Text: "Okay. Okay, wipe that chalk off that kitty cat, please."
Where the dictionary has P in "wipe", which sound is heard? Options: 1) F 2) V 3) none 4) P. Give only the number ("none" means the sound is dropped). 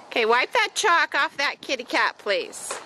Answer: 4